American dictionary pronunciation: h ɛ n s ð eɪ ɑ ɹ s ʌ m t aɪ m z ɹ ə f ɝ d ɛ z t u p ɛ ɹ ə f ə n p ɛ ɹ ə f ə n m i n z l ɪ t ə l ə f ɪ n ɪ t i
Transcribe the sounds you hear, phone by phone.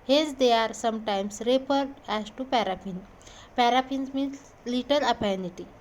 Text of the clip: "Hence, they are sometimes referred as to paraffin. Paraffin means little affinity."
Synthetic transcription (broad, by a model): h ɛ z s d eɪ ɑ ɹ s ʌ m t aɪ m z ɹ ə p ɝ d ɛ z t u p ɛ ɹ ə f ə n p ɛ ɹ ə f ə n m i n s l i t ə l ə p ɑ n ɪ t i